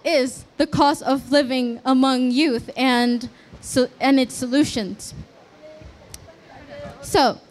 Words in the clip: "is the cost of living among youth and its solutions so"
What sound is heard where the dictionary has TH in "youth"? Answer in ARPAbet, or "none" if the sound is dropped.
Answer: TH